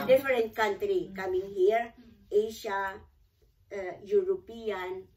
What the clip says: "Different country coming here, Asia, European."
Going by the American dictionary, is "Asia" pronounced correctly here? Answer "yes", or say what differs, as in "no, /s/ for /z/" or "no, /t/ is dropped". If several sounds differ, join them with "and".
no, /ʃ/ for /ʒ/